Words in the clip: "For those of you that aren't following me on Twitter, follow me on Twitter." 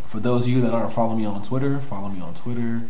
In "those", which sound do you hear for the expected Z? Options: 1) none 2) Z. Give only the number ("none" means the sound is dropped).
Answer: 2